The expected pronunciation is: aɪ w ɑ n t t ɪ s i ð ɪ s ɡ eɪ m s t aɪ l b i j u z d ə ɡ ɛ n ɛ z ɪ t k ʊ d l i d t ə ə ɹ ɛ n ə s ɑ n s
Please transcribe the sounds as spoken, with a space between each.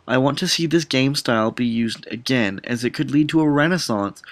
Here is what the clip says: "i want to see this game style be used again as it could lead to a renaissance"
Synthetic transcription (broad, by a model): aɪ w ɑ n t t ɪ s i ð ɪ s ɡ eɪ m s t aɪ l b i j u z d ə ɡ ɛ n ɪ z ɪ t k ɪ d l i d t ə ə ɹ ɛ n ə s ɑ n s